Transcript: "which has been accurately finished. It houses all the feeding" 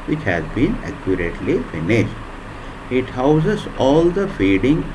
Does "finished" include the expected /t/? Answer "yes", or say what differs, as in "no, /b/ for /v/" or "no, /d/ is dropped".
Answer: yes